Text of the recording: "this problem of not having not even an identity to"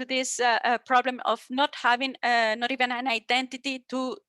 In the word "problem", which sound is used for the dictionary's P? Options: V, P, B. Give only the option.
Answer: P